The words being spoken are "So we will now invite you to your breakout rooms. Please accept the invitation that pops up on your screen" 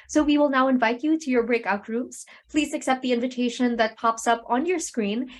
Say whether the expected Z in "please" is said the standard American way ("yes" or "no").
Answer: yes